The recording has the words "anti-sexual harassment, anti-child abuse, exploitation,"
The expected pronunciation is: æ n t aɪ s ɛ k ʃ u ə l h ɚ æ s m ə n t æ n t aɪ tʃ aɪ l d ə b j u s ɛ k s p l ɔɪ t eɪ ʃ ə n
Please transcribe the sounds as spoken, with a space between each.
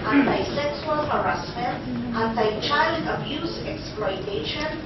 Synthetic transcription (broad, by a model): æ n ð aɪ s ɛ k s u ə l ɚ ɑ s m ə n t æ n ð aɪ tʃ aɪ l d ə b j u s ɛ k s p l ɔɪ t eɪ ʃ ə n